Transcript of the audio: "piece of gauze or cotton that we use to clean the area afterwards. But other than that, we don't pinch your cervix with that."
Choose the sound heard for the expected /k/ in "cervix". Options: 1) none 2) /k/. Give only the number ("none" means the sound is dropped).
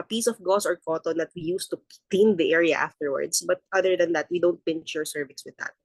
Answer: 1